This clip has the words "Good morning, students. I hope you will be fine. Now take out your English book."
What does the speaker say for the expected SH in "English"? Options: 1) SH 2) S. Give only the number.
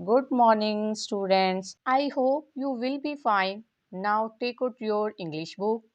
1